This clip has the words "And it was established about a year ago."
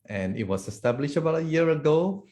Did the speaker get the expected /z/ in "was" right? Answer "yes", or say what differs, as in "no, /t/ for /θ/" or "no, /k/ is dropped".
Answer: no, /s/ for /z/